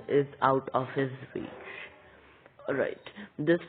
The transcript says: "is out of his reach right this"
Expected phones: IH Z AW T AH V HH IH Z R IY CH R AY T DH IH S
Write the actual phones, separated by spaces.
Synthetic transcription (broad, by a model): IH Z AW T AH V HH IH Z W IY S R AY T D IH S